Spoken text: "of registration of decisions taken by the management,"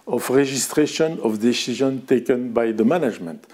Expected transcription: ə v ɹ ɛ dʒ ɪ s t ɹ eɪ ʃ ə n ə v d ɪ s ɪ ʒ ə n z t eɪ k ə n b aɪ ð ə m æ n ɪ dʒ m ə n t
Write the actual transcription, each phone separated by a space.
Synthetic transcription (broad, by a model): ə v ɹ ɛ ʒ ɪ s t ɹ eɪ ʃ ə n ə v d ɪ s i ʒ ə n t eɪ k ə n b aɪ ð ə m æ n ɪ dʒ m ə n t